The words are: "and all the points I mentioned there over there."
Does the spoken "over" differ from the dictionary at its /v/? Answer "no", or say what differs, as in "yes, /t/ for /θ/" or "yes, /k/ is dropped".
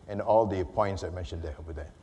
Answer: yes, /v/ is dropped